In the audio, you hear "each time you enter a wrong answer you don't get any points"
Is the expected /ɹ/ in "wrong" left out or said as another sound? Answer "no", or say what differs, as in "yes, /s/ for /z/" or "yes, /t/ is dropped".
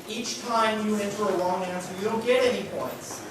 yes, /l/ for /ɹ/